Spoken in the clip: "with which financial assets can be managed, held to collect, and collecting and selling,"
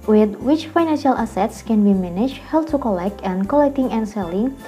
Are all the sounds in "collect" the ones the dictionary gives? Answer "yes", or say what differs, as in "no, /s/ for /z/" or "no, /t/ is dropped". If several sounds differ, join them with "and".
yes